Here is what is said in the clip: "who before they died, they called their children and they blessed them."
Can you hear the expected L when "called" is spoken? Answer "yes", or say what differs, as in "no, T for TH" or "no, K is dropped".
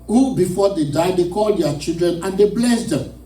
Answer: yes